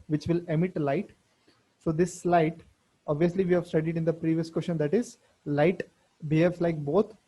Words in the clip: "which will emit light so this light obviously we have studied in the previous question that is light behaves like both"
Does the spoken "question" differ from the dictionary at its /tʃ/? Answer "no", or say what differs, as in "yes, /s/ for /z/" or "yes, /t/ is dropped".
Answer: yes, /ʃ/ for /tʃ/